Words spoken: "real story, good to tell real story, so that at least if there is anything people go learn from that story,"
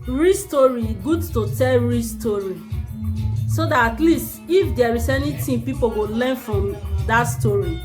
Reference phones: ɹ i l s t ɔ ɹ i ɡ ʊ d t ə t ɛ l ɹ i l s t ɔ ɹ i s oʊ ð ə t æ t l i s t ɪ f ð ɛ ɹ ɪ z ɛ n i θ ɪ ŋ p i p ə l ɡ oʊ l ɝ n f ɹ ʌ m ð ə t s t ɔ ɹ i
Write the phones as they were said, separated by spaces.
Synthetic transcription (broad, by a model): ɹ i s t ɔ ɹ i ɡ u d t ə t ɛ l ɹ i s t ɔ ɹ i s oʊ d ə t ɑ t l i s t ɪ f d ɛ ɹ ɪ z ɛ n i t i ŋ p i p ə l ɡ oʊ l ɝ n f ɹ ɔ m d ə t s t ɔ ɹ i